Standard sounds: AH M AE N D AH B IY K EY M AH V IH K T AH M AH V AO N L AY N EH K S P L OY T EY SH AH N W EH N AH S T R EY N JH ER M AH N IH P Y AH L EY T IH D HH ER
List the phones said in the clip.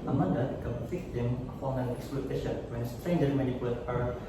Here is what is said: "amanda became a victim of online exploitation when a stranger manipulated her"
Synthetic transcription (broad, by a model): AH M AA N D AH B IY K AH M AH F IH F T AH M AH F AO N AY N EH K S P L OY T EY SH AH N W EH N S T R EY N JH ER M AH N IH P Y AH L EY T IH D